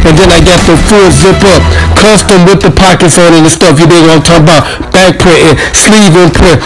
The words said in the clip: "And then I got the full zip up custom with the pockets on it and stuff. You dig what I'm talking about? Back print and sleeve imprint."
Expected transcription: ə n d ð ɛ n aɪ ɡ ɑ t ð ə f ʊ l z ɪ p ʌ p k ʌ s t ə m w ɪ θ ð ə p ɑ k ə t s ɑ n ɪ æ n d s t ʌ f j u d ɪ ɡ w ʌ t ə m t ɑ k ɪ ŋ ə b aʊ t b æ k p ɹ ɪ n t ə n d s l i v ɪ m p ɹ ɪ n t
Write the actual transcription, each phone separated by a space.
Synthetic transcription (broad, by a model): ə n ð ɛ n aɪ ɡ ɑ t ð ə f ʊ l z ɪ p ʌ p k ʌ s t ə m w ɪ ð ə p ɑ k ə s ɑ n ɪ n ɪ s t ʌ f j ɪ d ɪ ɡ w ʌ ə t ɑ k ə b aʊ t b æ k p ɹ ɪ t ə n s l i v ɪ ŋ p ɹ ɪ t